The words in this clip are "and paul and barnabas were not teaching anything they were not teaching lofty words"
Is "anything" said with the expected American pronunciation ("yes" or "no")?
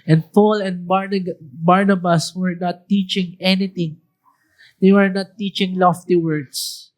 no